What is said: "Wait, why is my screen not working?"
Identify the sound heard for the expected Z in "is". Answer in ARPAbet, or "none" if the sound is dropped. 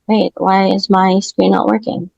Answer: Z